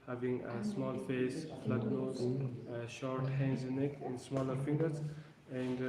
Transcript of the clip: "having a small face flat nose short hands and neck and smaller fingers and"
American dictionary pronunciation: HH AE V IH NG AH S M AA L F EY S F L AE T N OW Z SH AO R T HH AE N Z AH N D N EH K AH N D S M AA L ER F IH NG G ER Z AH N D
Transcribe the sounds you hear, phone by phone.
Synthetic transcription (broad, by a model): HH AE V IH NG AH S M AA L F EY S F L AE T N OW Z SH AO R T HH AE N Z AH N N EH K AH N S M AA L ER F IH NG G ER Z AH N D